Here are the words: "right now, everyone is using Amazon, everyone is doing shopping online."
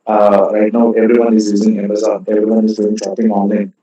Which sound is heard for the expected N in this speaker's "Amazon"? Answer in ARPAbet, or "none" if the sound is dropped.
none